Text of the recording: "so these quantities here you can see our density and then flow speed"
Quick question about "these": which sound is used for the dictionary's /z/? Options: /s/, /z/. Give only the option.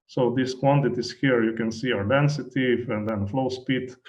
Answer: /s/